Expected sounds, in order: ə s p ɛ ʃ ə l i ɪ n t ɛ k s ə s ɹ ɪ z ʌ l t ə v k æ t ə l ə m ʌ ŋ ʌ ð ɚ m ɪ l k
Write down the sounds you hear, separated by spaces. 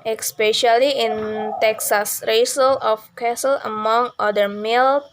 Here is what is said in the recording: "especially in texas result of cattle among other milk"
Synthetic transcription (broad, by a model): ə s p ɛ ʃ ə l i ɪ n t ɛ k s ə s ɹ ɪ s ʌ l ə f k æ s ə l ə m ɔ ŋ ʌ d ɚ m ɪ l